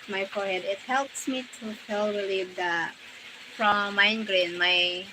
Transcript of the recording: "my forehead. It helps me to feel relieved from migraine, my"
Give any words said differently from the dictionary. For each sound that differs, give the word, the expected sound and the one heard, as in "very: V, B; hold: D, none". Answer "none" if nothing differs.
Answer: relieved: V, none